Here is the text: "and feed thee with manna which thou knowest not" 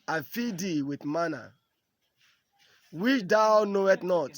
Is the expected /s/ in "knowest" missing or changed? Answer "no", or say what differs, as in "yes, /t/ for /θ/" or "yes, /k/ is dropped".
yes, /s/ is dropped